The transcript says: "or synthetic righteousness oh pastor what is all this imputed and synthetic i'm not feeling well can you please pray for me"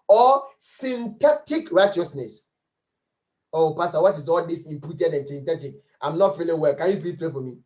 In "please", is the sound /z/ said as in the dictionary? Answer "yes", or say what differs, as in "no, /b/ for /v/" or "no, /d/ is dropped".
no, /z/ is dropped